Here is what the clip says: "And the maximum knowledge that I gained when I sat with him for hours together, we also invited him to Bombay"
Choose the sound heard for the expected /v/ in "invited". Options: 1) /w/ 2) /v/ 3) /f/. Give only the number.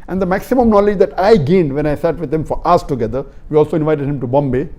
2